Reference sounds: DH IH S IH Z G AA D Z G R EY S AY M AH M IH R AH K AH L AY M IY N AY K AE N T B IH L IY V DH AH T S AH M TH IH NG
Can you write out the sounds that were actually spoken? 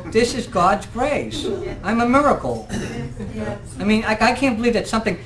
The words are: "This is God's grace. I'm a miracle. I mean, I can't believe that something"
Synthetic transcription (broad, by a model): DH IH S IH Z G AA D Z G R EY S AY M AH M IH R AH K L AY M IY N AY K AE N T B IH L IY V DH AH T S AH M TH IH NG